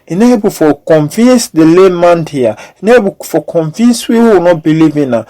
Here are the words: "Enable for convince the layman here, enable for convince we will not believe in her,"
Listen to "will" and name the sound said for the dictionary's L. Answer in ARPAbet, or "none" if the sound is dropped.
W